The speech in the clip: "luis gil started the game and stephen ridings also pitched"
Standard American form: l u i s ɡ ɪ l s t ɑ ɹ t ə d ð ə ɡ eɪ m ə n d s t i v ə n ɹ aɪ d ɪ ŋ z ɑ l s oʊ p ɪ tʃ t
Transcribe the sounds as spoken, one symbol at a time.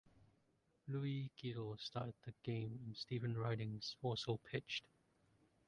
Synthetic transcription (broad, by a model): l u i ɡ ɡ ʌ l s t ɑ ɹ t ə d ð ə ɡ eɪ m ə n s t i v ə n ɹ aɪ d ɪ ŋ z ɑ s oʊ p ɪ tʃ t